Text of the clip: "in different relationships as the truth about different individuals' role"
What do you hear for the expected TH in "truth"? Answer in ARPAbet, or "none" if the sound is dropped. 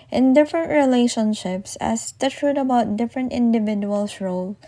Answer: T